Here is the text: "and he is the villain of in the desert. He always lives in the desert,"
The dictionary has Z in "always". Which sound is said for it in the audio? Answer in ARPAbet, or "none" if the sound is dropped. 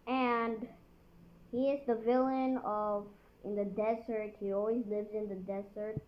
Z